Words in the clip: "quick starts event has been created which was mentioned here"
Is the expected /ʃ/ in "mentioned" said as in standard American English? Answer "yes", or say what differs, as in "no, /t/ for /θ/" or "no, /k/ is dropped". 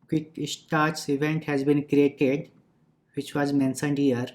no, /s/ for /ʃ/